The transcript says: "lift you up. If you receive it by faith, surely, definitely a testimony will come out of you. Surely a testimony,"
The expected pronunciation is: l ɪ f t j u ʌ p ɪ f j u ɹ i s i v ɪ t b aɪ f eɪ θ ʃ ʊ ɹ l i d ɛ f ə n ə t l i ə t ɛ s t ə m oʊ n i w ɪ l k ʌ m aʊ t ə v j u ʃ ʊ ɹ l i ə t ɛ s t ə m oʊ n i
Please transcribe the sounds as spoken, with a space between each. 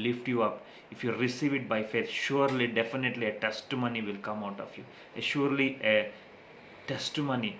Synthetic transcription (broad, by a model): l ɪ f t j u ʌ p ɪ f j u ɹ i s i v ɪ t b aɪ f eɪ t ʃ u ɹ l i d ɛ f ə n ə t l i ə t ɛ s t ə m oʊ n i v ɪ l k ʌ m aʊ t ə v j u ʃ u ɹ l i ə t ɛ s t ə m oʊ n i